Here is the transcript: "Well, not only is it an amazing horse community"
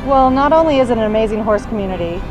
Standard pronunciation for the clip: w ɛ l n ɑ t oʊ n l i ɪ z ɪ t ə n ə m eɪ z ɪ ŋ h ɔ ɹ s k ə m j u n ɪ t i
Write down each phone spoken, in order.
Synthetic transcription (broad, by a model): w ɛ l n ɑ t oʊ n l i ɪ z ɪ t ə n ə m eɪ z ɪ ŋ h ɔ ɹ s k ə m j u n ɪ t i